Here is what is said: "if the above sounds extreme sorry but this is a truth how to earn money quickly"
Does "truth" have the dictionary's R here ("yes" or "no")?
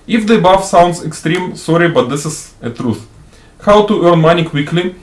yes